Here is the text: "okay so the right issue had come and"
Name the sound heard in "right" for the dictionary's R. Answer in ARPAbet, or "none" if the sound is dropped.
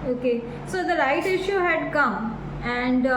L